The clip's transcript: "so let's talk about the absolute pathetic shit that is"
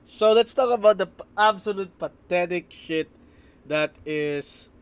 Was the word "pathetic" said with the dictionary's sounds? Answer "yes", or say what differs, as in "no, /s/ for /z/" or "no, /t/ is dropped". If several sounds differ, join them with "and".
no, /t/ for /θ/